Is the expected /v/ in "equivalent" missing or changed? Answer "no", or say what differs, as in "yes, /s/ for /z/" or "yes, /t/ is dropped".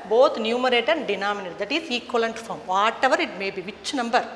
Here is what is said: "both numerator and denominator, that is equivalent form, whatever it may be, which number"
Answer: yes, /v/ is dropped